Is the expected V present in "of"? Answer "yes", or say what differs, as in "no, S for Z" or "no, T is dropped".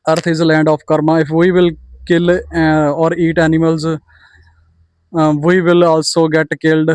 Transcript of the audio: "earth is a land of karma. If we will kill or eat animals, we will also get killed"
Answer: no, P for V